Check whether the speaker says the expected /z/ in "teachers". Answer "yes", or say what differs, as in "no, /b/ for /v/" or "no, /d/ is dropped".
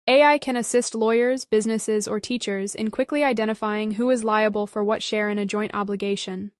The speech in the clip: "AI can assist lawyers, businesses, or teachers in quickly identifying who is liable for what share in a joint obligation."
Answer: yes